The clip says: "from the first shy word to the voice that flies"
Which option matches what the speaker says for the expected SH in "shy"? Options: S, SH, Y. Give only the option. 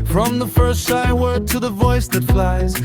S